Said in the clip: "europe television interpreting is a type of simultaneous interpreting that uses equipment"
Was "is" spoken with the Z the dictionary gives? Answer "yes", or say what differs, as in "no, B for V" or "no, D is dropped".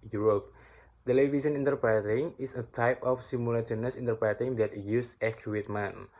no, S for Z